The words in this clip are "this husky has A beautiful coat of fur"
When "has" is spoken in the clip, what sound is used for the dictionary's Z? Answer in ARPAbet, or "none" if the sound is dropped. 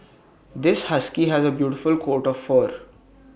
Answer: Z